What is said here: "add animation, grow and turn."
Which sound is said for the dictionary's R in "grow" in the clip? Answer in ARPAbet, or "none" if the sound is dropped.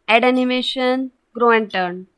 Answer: R